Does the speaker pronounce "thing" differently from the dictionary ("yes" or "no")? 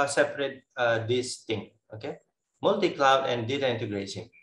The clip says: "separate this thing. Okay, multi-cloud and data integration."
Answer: yes